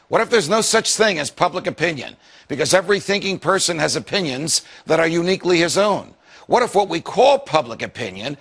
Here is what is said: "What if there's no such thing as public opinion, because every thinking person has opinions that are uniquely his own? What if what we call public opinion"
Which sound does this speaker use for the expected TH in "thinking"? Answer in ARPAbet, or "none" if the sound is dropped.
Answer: TH